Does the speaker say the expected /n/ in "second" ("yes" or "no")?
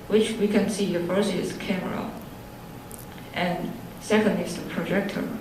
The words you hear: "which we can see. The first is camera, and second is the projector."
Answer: yes